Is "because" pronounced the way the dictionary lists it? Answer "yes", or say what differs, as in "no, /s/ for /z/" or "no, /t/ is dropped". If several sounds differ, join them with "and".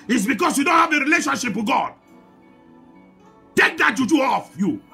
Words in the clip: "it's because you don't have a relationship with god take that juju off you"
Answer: no, /s/ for /z/